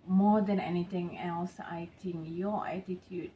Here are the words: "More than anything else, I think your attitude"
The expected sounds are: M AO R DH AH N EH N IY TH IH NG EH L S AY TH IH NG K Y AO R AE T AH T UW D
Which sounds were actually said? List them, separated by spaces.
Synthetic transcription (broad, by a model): M AO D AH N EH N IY T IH NG EH L S AY T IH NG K Y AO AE T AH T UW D